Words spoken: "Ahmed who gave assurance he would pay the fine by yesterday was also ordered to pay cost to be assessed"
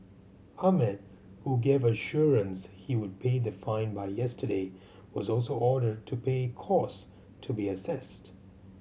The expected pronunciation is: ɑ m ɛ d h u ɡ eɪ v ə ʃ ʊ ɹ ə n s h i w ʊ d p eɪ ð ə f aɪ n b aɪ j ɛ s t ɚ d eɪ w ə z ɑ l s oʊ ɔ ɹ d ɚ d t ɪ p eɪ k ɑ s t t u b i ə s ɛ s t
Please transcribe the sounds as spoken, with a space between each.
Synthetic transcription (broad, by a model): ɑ m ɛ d h u ɡ eɪ v ə ʃ ʊ ɹ ə n s h i w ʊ d p eɪ ð ə f aɪ n b aɪ j ɛ s t ɚ d eɪ w ə z ɑ l s oʊ ɔ ɹ d ɚ d t ɪ p eɪ k ɑ s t t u b i ə s ɛ s t